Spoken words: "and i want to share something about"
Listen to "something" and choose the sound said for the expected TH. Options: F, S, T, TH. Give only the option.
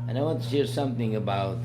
TH